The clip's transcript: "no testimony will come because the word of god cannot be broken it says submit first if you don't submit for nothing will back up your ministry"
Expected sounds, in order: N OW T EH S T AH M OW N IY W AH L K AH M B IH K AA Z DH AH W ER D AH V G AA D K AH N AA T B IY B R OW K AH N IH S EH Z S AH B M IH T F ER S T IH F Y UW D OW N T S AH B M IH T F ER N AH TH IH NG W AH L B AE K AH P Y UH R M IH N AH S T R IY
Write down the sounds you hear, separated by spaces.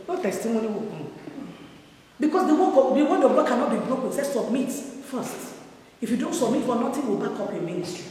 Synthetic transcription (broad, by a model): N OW T EH S T AH M OW N IY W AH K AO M B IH K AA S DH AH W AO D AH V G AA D K AH N AA T B IY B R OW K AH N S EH S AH B M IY T F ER S T IH F Y UW D OW N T S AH B M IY T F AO N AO T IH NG W AH L B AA K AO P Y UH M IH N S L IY